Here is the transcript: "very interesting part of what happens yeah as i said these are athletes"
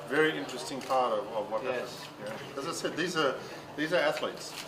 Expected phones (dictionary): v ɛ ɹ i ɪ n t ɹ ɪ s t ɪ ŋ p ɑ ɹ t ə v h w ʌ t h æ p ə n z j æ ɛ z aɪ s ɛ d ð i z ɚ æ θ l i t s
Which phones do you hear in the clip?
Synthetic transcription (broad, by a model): v ɛ ɹ i ɪ n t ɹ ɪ s t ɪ ŋ p ɑ ɹ t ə v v w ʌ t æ ə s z j æ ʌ z aɪ s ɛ d ð i z ɚ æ θ l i t s